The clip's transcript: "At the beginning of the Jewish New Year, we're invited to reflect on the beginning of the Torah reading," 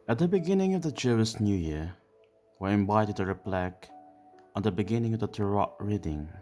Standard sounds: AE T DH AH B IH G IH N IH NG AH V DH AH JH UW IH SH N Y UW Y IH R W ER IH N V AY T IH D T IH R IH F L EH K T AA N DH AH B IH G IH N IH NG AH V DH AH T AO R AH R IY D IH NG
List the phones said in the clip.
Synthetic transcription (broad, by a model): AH T DH AH B IH G IH N IH NG AH V DH AH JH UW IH S N Y UW Y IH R W ER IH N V AY T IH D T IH R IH P L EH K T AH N DH AH B IH G IH N IH NG AH V DH AH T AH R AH R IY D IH NG